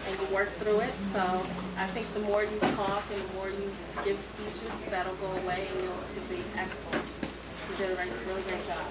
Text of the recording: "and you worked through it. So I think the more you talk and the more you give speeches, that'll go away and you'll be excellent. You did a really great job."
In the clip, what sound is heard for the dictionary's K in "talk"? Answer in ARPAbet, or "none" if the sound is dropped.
K